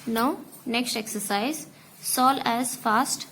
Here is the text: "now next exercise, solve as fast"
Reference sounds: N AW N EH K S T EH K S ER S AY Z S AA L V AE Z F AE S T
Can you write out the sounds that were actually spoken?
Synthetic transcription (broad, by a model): N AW N EH K S T EH K S ER S AY Z S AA L AE Z F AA S T